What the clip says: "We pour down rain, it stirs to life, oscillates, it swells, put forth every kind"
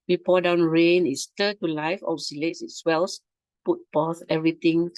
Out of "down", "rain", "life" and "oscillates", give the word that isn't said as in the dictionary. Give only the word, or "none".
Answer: none